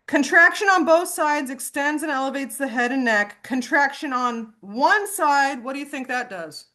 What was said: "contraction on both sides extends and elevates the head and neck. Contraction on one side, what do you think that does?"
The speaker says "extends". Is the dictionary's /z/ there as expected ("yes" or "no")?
yes